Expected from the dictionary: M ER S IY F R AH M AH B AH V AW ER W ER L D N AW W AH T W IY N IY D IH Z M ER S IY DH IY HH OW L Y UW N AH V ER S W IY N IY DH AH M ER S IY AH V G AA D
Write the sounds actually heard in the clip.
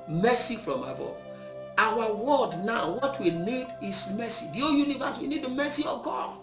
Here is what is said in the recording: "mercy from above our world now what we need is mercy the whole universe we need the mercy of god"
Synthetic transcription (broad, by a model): M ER S IY F R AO M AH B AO AW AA W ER D N AW W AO T W IY N IY D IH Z M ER S IY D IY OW Y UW N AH V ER S W IY N IY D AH M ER S IY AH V G AA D